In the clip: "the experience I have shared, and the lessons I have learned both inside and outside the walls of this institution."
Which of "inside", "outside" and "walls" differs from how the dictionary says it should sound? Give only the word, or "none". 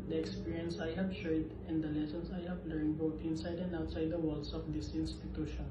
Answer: walls